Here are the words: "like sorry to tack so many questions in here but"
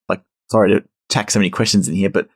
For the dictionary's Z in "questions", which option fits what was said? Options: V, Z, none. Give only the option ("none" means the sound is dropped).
Z